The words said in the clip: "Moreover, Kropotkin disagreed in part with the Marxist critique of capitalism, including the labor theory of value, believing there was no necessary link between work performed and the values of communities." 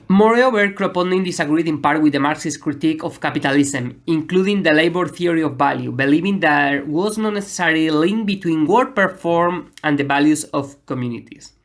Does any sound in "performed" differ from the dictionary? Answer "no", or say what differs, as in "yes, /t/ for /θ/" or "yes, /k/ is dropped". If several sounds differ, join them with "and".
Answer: yes, /d/ is dropped